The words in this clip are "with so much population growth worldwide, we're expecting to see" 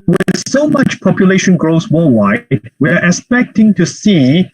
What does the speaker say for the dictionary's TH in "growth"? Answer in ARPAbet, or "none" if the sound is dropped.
S